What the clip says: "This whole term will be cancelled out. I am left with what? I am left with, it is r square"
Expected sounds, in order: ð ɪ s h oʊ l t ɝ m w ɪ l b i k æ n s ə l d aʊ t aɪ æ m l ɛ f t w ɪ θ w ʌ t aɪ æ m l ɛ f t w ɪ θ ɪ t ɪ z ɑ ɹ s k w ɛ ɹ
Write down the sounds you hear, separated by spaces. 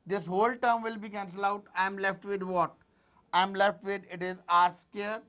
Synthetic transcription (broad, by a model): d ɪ s h oʊ l t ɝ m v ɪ l b i k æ n s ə l aʊ t aɪ m l ɛ f t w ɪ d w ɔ t aɪ m l ɛ f t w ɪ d ɪ t ɪ z ɑ ɹ s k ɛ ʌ ɹ